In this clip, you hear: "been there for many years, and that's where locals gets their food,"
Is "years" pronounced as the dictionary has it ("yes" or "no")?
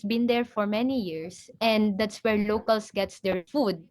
no